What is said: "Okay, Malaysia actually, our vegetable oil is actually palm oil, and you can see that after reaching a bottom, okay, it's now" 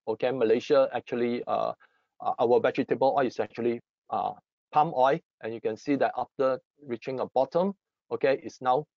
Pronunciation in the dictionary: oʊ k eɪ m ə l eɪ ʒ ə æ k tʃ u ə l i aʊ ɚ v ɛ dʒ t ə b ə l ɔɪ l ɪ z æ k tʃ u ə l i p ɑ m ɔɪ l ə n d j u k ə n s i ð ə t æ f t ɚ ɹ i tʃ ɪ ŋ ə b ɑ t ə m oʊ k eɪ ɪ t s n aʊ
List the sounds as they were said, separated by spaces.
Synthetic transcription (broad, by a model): oʊ k eɪ m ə l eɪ ʃ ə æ k tʃ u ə l i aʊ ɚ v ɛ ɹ t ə b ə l ɔɪ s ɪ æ k tʃ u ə l i p ɑ m ɔɪ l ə n j u k ə n s i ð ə t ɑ f t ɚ ɹ i tʃ ɪ ŋ ə b ɑ t ə m oʊ k eɪ ɪ t s n aʊ